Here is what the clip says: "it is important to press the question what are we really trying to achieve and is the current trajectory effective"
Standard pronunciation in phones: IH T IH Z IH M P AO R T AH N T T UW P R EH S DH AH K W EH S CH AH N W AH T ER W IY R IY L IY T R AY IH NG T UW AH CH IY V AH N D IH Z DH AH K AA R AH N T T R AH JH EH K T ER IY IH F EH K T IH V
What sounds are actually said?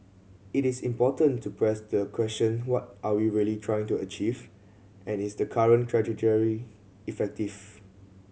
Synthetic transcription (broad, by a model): IH T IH S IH M P AO T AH N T T UW P R EH S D AH K W EH S CH AH N W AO T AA W IY R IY L IY T R AY IH NG T UW AH CH IY V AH N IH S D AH K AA R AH N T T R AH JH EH T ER IY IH F EH K T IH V